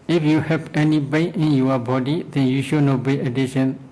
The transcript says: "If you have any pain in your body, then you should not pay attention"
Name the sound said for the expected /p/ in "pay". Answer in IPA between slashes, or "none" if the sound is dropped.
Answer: /b/